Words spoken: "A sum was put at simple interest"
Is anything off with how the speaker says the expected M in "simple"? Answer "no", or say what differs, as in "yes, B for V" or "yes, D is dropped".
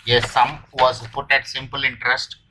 no